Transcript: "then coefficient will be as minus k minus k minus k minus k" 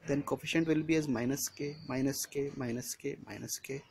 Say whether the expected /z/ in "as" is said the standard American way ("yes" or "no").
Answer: yes